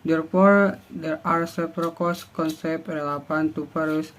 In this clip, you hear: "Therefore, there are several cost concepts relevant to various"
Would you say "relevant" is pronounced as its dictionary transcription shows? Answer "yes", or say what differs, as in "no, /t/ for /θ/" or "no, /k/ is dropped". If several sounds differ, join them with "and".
no, /p/ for /v/